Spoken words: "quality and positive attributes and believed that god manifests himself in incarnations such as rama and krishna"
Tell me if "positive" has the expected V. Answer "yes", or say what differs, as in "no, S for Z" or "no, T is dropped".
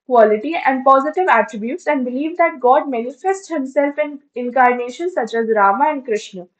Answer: yes